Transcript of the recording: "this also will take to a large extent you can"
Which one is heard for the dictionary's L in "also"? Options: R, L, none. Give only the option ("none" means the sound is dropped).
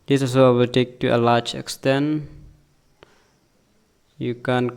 none